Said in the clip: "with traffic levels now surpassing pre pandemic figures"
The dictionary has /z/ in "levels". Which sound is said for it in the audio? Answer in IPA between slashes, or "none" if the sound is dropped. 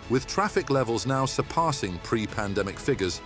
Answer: /z/